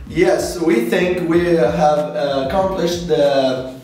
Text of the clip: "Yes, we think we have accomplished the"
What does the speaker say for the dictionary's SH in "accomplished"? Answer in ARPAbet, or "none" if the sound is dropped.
SH